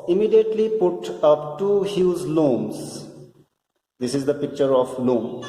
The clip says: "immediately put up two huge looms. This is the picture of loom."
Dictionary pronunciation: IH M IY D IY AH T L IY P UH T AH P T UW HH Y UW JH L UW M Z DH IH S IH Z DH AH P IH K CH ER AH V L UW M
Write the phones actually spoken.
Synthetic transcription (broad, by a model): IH M IY D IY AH T L IY P UH T AH P T UW HH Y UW Z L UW M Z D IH S IH Z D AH P IH K CH ER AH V L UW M